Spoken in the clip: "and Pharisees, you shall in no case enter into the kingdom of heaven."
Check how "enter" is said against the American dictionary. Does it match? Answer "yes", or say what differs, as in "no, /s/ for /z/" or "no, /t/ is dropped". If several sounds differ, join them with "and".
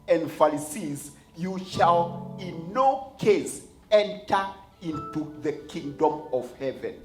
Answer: yes